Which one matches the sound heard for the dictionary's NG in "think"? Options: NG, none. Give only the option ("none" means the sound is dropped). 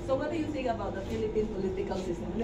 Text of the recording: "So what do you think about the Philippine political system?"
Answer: none